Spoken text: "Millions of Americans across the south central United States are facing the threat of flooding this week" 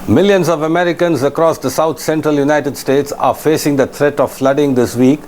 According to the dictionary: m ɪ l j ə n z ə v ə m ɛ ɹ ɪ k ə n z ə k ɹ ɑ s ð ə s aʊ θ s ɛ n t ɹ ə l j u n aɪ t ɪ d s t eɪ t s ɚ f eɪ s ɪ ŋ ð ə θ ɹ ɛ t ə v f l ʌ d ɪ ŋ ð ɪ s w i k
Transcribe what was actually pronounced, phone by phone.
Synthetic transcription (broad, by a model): m ɪ l j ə n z ə v ə m ɛ ɹ ɪ k ə n z ə k ɹ ɑ s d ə s aʊ t s ɛ n t ɹ ə l j u n aɪ t ɪ d s t eɪ t s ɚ f eɪ s ɪ ŋ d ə t ɹ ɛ t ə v f l ʌ d ɪ ŋ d ɪ s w i k